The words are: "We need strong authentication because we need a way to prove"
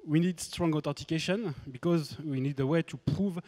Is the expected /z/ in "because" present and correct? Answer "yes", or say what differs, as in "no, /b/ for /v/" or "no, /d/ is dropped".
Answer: yes